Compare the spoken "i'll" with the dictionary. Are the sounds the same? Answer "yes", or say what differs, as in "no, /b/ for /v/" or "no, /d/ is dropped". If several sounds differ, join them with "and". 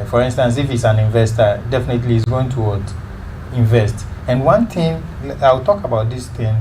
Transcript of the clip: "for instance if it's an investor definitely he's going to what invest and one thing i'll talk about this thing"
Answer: no, /w/ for /l/